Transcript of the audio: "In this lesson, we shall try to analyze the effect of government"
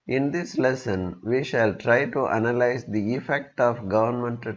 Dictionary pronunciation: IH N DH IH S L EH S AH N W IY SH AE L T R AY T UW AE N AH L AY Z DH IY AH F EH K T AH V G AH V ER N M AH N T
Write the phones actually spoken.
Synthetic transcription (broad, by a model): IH N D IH S L EH S AH N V IY SH AE L T R AY T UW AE N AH L AY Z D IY AH F EH K T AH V G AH V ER N M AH N T